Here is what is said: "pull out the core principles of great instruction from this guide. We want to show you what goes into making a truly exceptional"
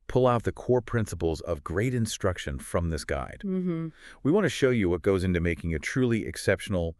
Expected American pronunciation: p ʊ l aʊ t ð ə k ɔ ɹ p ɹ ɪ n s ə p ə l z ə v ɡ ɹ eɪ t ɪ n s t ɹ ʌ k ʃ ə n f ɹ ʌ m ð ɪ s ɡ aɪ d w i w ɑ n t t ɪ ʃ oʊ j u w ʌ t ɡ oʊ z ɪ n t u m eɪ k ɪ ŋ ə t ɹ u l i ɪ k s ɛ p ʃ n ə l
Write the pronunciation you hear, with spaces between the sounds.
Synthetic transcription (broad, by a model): p ʊ l aʊ t ð ə k ɔ ɹ p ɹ ɪ n s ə p l z ə v ɡ ɹ eɪ t ɪ n s t ɹ ʌ k ʃ ə n f ɹ ʌ m ð ɪ s ɡ aɪ d w i w ɑ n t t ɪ ʃ oʊ j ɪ w ʌ t ɡ oʊ z ɪ n t u m eɪ k ɪ ŋ ə t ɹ u l i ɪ k s ɛ p ʃ n l